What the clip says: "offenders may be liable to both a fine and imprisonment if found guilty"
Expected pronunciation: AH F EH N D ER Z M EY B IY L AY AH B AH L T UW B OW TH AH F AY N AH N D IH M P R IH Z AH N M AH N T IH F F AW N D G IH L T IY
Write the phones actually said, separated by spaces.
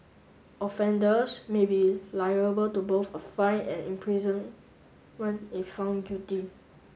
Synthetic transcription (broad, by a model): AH F EH N D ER S M EY B IY L AY AH B AH L T UW B OW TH AH F AY N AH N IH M P R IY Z AH N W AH N IH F F AW N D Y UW T IY